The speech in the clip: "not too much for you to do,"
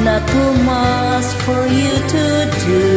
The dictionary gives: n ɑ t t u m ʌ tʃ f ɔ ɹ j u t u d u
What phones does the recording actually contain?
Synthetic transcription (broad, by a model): n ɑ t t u m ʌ s f ɔ ɹ j u t u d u